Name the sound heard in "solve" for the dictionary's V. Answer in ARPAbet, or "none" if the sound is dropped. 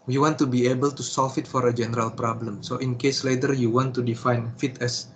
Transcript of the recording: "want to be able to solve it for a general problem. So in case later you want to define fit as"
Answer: F